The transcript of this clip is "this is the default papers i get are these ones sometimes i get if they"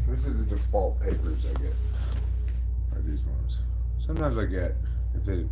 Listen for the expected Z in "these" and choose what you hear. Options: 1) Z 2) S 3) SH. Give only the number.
1